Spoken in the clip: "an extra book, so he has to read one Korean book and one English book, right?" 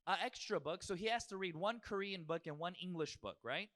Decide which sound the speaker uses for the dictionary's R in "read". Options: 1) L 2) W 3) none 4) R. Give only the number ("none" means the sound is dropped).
4